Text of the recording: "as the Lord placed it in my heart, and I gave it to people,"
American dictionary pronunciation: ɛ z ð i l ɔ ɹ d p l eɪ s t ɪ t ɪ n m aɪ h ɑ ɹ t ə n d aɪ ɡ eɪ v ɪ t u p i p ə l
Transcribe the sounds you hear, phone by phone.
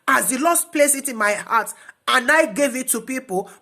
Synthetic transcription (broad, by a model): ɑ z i l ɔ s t p l eɪ s ɪ t ɪ n m aɪ h ɑ t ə n aɪ ɡ eɪ v ɪ t u p i p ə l